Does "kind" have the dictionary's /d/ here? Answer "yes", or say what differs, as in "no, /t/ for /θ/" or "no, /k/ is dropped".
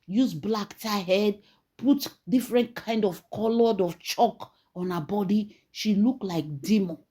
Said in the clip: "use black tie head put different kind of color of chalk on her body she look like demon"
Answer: yes